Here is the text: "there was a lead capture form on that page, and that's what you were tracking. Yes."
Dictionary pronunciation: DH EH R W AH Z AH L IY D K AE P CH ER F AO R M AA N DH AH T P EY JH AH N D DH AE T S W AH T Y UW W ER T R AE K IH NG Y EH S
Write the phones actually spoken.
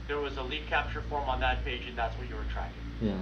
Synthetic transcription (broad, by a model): DH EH R W AH Z AH L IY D K AE P CH ER F AO R M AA N DH AH T P EY JH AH N DH AE T S W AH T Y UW W ER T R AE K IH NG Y